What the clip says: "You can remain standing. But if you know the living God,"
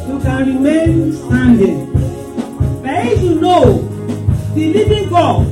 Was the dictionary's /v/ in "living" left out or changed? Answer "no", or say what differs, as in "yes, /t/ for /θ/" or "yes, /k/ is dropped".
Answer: yes, /b/ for /v/